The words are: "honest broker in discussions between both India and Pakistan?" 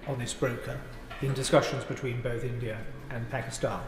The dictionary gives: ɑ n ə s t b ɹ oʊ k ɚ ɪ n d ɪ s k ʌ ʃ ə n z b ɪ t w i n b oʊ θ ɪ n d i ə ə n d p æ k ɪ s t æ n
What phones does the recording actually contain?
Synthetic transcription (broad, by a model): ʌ n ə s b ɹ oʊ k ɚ ɪ n d ɪ s k ʌ ʃ ə n z b ɪ t w i n b oʊ θ ɪ n d i ə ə n p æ k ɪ s t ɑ n